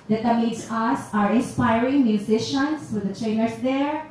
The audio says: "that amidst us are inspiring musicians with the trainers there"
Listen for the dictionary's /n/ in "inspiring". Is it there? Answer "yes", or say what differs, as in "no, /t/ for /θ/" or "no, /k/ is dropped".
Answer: yes